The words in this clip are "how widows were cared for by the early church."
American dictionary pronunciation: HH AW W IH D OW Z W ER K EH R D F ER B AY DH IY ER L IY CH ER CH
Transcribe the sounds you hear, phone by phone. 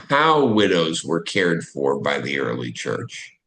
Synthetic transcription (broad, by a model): HH AW W IH D OW Z W ER K EH R D F ER B AY DH IY ER L IY CH ER CH